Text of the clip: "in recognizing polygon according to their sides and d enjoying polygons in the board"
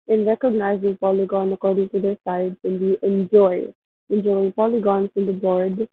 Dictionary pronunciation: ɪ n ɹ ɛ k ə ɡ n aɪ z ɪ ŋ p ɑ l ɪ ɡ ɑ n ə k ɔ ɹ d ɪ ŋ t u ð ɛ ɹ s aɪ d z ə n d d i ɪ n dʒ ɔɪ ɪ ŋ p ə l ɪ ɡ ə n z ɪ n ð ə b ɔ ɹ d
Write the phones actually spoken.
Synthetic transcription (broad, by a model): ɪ n ɹ ɛ k ə ɡ n aɪ z ɪ ŋ p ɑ l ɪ ɡ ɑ n ə k ɔ ɹ d ɪ ŋ t u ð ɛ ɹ s aɪ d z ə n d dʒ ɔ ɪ n dʒ ɔɪ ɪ ŋ p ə l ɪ ɡ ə n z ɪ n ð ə b ɔ ɹ d